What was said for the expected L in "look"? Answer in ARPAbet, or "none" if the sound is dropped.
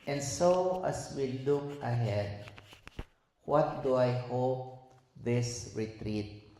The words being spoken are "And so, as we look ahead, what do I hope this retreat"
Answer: L